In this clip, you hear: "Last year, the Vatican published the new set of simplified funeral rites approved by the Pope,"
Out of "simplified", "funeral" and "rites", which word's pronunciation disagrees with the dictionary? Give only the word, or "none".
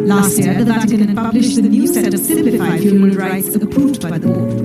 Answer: funeral